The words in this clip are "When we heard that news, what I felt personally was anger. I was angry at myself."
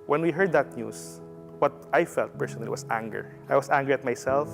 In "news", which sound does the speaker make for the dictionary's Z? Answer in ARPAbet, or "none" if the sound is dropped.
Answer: S